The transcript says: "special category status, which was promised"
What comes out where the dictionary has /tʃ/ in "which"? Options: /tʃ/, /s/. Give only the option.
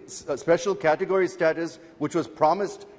/tʃ/